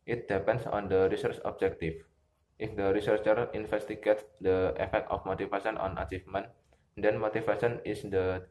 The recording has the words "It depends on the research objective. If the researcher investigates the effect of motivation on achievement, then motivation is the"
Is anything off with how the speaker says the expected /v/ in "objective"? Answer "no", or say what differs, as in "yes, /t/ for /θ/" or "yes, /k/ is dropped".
yes, /f/ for /v/